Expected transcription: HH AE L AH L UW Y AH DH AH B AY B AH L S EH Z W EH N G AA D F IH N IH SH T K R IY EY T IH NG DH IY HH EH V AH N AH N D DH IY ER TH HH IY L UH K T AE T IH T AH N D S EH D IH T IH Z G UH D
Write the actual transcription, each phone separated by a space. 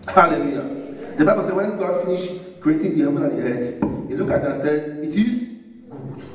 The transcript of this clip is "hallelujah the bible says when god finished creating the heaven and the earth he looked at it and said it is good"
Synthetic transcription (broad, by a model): HH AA L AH L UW Y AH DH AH B AY B AH L S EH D W EH N G AA D F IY N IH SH K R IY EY T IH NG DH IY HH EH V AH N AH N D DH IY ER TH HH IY L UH K AA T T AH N S EH D IH T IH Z